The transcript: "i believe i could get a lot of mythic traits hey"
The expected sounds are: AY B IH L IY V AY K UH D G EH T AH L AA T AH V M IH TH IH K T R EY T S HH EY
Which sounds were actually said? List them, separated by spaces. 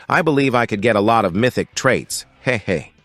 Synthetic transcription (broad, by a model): AY B IH L IY V AY K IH D G EH T AH L AA T AH V M IH TH IH K T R EY T S HH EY